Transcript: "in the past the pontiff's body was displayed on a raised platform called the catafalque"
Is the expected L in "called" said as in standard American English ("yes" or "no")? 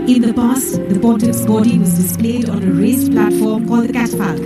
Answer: no